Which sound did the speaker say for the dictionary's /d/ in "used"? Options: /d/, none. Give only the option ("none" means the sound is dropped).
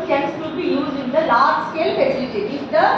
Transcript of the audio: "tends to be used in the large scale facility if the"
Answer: none